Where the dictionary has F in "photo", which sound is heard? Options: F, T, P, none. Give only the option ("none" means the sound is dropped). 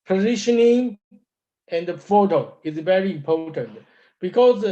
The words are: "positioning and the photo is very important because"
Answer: F